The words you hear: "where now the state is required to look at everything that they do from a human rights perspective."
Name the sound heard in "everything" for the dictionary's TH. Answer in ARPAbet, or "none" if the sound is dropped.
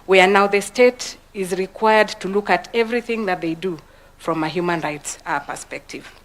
TH